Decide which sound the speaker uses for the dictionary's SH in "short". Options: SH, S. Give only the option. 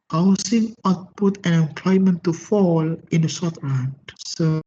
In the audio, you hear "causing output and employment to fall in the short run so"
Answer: S